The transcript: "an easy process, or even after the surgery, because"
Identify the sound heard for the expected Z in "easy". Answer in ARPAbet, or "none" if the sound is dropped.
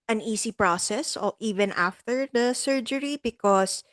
S